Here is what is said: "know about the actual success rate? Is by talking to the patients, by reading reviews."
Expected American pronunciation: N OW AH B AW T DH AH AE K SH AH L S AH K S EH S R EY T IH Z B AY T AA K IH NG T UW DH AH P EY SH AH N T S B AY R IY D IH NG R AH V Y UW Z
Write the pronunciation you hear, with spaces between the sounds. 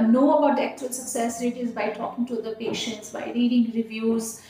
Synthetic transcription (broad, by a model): N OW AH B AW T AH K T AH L S AH K S EH S R EY T IH Z B AY T AA K IH NG T UW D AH P EY SH AH N T S B AY R IY D IH NG R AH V Y UW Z